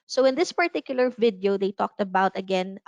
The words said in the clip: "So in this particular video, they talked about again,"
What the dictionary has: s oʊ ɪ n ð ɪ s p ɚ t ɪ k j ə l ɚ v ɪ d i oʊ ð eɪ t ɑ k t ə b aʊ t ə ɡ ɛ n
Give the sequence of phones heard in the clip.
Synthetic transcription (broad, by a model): s oʊ ɪ n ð ɪ s p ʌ t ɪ k j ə l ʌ v ɪ d i oʊ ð eɪ t ɑ k t ə b aʊ t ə ɡ ɛ n